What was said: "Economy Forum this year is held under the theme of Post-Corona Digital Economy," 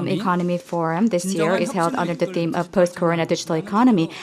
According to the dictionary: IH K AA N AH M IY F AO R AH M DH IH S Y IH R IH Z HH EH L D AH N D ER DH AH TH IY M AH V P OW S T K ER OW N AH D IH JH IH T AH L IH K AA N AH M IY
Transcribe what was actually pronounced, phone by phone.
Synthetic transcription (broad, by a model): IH K AA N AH M IY F AO R AH M DH IH S Y IH R IH Z HH EH L D AH N D ER DH AH TH IY M AH V P OW S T K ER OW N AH D IH JH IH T L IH K AA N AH M IY